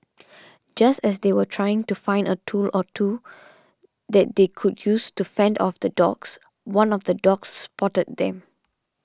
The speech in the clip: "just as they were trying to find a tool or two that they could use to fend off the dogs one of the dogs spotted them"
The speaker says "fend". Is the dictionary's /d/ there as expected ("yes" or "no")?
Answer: yes